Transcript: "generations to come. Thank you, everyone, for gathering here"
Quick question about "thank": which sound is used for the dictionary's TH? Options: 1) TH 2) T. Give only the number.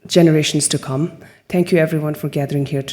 2